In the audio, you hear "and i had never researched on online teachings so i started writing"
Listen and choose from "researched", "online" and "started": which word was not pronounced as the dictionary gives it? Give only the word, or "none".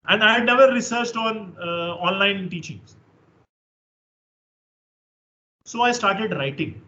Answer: none